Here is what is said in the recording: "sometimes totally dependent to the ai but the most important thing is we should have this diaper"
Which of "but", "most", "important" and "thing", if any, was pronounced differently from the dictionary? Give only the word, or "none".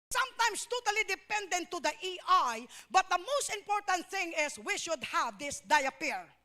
none